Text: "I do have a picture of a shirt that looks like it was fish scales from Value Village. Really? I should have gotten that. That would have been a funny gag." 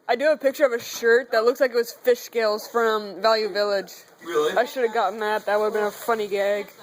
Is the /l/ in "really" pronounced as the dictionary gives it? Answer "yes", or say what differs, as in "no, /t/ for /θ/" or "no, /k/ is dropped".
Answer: no, /l/ is dropped